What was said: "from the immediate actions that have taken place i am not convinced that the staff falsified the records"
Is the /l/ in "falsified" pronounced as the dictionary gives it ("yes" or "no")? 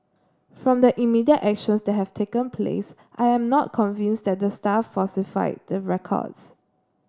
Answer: no